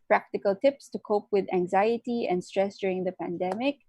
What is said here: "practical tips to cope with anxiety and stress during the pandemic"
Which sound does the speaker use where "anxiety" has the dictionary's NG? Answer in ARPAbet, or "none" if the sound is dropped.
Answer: NG